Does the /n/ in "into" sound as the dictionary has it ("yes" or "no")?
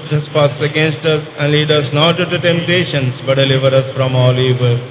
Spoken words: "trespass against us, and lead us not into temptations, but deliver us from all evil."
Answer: no